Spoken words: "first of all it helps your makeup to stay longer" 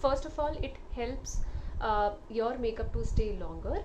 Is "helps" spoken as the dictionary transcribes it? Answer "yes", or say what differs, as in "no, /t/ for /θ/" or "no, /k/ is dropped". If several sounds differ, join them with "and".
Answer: yes